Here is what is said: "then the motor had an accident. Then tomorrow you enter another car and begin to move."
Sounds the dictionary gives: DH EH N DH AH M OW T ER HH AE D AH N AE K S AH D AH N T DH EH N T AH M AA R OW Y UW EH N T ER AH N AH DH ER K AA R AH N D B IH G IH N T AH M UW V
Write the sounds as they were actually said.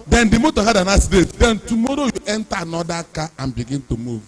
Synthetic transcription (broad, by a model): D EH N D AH M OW T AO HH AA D AH N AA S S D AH T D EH N T AH M AA R OW Y UW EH N T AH N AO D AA K AA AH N B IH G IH N T AH M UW V